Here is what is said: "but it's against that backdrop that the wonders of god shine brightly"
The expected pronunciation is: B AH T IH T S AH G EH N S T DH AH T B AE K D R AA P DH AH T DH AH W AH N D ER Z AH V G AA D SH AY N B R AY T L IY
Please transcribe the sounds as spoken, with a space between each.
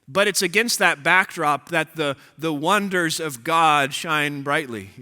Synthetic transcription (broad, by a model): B AH T IH T S AH G EH N S T DH AH T B AE K D R AA P DH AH T DH AH W AH N D ER Z AH V G AA D SH AY N B R AY T L IY